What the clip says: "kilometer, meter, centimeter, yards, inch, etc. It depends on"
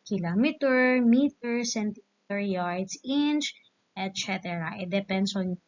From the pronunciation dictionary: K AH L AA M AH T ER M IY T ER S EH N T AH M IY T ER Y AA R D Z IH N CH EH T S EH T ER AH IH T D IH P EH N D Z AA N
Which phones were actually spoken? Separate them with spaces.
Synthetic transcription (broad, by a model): K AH L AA M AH T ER M IY T ER S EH N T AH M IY T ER Y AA R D S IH N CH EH T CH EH T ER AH IH T D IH P EH N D S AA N